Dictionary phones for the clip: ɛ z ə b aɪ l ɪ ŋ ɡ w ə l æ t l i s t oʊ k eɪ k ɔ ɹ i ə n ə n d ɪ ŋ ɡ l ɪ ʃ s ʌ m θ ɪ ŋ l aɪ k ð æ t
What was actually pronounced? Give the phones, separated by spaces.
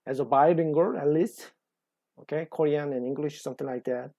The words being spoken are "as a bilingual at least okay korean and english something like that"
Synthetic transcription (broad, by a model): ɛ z ə b aɪ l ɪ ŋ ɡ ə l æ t l i s t oʊ k eɪ k ɔ ɹ i ə n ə n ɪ ŋ ɡ l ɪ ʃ s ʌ m t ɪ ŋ l aɪ k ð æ t